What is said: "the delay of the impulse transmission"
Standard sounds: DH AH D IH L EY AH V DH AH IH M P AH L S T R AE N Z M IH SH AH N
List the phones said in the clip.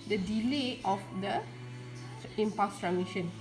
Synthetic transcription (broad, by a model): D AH D IH L EY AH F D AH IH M P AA S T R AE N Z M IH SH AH N